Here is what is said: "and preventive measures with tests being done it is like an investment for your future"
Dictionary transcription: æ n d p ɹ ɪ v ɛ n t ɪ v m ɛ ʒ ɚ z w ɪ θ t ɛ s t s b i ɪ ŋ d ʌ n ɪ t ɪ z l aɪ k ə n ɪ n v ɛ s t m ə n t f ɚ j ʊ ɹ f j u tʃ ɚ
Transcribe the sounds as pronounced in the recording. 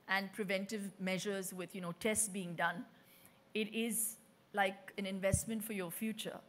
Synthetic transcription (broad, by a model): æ n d p ɹ ɪ v ɛ n t ɪ v m ɛ ʒ ɚ z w ɪ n t ɛ s t s b i ɪ ŋ d ʌ n ɪ t ɪ z l aɪ k ə n ɪ n v ɛ s t m ə n t f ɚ j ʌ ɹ f j u tʃ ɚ